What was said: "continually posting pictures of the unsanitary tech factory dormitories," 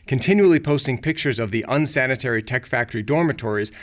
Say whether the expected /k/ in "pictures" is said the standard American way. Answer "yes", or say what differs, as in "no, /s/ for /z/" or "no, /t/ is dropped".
yes